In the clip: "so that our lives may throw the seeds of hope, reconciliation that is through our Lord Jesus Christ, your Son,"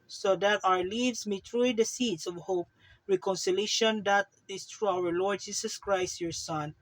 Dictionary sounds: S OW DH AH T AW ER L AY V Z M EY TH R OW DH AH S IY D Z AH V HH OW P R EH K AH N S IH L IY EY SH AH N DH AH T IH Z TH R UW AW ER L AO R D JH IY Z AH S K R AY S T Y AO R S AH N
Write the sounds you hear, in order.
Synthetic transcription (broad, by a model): S OW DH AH T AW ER L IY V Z M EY T R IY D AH S IY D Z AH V HH OW P R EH K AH N S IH L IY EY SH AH N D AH T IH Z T R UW AW ER L AO R D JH IY S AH S K R AY S T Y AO R S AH N